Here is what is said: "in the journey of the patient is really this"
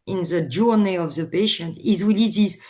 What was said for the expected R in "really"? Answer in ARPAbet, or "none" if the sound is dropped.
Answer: W